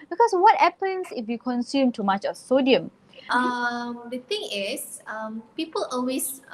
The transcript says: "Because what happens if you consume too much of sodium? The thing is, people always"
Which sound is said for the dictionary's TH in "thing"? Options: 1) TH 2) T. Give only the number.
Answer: 2